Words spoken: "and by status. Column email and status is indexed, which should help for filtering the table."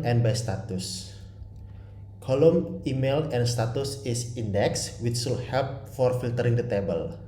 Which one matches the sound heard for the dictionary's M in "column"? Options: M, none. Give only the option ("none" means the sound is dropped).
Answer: M